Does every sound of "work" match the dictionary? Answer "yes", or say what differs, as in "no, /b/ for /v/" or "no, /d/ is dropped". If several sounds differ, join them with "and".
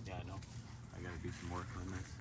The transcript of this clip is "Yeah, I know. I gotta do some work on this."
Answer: no, /k/ is dropped